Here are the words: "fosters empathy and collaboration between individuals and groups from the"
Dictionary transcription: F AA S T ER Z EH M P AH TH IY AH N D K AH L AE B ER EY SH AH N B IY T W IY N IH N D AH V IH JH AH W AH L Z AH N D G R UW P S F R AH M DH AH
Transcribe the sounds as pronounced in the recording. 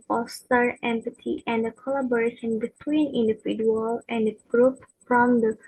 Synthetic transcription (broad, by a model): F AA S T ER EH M P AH T IY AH N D K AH L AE B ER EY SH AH N B IY T W IY N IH N D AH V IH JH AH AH L AH N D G R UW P F R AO M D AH